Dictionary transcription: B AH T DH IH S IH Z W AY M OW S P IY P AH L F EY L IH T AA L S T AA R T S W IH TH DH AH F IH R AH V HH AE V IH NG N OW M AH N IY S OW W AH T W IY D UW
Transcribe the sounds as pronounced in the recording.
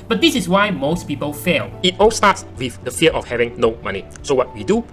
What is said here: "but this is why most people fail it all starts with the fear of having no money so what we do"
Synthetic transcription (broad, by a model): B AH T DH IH S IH S W AY M OW S P IY P AH L F EY L IH T AA L S T AA T S W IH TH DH AH F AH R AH F HH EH V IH NG N OW M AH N IY S OW W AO T W IY D UW